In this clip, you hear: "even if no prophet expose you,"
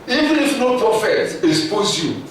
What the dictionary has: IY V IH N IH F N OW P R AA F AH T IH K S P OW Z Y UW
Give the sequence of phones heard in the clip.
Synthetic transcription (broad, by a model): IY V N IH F N OW P R AA F AH T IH S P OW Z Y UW